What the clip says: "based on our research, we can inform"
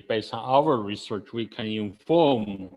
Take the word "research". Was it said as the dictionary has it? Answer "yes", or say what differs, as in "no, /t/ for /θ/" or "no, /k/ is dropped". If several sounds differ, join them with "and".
yes